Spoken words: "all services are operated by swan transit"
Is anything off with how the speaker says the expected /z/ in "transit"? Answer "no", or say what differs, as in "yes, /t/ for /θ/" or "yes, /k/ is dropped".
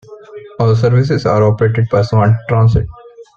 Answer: yes, /s/ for /z/